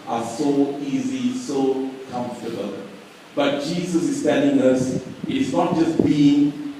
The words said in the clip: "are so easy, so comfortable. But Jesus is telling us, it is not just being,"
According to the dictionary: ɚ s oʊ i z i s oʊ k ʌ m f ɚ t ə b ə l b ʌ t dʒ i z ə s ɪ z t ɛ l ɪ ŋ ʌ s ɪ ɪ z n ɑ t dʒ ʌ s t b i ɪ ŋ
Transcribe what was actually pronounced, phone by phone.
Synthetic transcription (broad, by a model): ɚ s oʊ i z i s oʊ k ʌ m f t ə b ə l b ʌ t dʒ i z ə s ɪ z t ɛ l ɪ ŋ ʌ s ɪ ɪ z n ɑ t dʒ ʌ s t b i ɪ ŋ